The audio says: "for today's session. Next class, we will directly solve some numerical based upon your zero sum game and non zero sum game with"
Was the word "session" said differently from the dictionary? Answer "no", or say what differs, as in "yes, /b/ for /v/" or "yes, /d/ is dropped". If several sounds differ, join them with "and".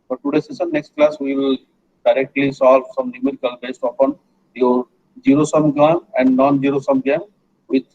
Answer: yes, /s/ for /ʃ/